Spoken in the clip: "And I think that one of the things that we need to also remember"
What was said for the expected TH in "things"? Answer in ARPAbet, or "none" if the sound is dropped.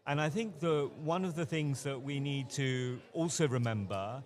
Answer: TH